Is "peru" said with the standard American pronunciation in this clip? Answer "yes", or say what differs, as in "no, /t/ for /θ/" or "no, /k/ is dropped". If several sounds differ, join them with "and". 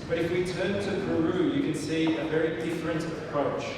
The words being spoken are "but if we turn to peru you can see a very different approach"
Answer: no, /b/ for /p/